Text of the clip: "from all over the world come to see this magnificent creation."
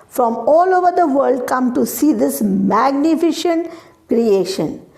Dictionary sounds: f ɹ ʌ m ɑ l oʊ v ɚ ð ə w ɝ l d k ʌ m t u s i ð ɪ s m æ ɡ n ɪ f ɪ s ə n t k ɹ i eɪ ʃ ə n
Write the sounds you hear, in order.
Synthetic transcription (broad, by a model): f ɹ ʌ m ɑ l oʊ v ɚ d ə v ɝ l d k ʌ m t u s i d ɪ s m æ ɡ n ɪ f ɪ ʃ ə n t k ɹ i eɪ ʃ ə n